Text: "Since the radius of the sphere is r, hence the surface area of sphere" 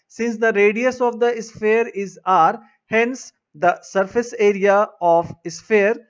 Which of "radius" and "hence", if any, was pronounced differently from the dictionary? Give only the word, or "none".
none